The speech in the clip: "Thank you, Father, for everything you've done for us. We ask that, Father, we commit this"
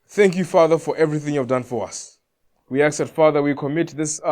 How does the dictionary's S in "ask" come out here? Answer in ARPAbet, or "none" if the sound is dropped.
none